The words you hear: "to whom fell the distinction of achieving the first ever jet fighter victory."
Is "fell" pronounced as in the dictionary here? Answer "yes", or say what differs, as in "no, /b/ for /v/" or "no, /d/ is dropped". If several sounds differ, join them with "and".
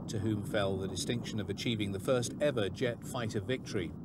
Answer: yes